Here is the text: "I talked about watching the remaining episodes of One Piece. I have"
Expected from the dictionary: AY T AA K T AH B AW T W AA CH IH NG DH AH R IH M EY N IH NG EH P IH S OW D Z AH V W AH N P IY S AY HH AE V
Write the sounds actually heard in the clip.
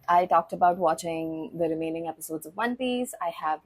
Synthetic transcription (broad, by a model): AY T AA K T AH B AW T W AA CH IH NG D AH R IH M EY N IH NG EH P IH S OW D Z AH V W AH N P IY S AY HH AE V